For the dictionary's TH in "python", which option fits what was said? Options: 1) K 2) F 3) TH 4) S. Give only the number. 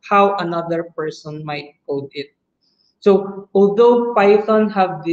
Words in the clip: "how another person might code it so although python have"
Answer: 4